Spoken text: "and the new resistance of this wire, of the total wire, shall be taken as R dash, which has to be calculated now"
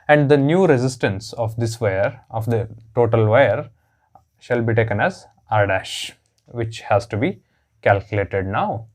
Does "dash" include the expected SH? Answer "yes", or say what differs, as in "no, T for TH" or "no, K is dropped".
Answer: yes